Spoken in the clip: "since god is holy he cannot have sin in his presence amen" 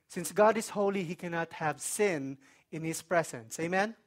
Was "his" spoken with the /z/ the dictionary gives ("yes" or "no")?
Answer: no